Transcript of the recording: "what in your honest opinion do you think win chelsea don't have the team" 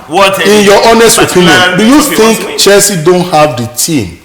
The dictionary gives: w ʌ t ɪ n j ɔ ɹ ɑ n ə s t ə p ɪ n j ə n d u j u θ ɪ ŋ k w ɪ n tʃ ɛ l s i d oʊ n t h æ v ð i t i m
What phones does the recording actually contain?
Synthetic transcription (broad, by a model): ɪ n j ɔ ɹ ɑ n ə s t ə p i n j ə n d u j u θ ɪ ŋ k tʃ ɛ s i d oʊ n t h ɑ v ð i t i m